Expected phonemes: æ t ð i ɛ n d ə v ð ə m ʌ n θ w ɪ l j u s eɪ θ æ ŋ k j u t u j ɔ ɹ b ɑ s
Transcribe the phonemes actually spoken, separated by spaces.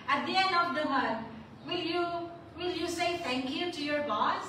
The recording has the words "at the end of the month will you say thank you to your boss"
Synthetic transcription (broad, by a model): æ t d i ɛ n d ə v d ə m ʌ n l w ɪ l j u s eɪ t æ ŋ k j u t u j ɔ ɹ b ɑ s